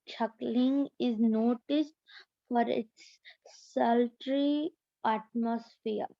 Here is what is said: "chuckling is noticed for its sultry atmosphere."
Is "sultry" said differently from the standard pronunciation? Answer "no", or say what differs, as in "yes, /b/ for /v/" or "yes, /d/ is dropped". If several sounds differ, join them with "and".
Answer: no